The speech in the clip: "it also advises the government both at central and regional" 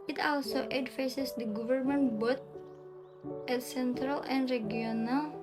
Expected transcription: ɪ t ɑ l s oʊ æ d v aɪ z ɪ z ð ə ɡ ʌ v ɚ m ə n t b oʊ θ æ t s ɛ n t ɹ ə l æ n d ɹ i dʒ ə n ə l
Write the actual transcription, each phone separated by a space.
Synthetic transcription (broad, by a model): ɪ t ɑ l s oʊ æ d f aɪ s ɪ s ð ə ɡ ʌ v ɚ m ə n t b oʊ t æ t s ɛ n t ɹ ə l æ n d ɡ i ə n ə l